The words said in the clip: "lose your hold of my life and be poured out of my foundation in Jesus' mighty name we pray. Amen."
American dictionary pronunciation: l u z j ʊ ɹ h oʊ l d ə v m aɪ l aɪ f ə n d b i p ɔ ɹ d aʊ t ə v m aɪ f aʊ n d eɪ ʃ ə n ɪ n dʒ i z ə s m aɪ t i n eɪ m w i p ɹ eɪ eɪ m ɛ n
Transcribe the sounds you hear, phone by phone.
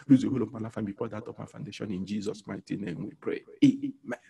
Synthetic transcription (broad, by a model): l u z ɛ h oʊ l ə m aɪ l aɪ f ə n b i f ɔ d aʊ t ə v m aɪ f aʊ n d eɪ ʃ ə n ɪ n dʒ i z ə s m aɪ t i n eɪ m w i p ɹ eɪ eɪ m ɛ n